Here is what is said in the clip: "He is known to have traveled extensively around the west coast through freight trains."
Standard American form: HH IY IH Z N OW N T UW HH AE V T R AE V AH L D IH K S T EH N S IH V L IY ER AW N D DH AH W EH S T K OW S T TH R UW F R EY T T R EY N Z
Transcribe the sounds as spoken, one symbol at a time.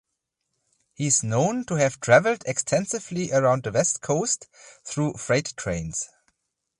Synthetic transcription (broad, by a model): HH IY IH Z N OW N T UW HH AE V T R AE V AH L D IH K S T EH N S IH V L IY ER AW N D DH AH W EH S T K OW S T TH R UW F R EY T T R EY N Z